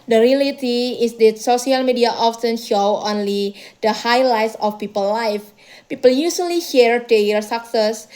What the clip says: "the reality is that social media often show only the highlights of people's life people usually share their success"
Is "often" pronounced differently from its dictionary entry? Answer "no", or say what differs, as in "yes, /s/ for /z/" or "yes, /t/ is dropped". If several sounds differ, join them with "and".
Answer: yes, /s/ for /t/